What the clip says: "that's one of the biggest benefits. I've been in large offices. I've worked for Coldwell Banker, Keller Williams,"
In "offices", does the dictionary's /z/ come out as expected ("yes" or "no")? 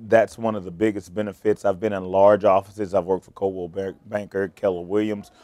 yes